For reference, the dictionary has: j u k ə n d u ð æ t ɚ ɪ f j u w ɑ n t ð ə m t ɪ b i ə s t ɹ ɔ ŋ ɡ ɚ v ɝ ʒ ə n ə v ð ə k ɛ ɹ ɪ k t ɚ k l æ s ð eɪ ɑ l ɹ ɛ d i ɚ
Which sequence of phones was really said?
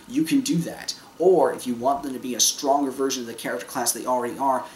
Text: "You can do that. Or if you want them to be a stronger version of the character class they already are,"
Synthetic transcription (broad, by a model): j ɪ k ə n d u ð æ t ɚ ɪ f j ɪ w ɑ n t ð ə m t ɪ b i ə s t ɹ ɔ ŋ ɡ ɚ v ɝ ʒ ə n ə v ð ə k ɛ ɹ ɪ k t ɚ k l æ s ð eɪ ɑ l ɹ ɛ d i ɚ